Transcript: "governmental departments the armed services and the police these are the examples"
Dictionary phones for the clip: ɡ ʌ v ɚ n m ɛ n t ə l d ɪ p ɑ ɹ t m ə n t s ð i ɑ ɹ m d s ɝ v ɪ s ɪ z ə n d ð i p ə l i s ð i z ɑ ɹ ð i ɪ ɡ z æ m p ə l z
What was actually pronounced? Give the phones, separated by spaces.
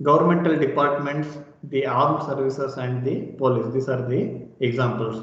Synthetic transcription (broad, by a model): ɡ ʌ v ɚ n m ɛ n t ə l d ɪ p ɑ ɹ t m ə n t s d i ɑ ɹ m s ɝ v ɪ s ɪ s ə n d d i p ə l i s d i s ɑ ɹ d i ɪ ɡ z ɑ m p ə l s